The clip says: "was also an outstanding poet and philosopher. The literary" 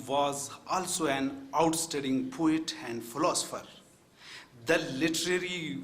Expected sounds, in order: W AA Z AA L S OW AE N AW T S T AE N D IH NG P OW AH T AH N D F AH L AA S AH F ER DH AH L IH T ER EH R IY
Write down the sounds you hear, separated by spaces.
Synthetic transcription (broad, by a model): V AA Z AA L S OW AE N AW T S T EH D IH NG P OW AH T AH N D F AH L AA S AH F ER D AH L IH T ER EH R IY